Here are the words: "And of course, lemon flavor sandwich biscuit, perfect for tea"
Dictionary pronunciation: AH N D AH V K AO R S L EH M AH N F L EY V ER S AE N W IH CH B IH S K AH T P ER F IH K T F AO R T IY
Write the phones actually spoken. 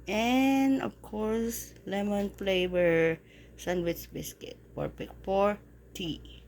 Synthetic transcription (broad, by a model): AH N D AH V K AO R S L EH M AH N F L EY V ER S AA N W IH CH B IH S K AH T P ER P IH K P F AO R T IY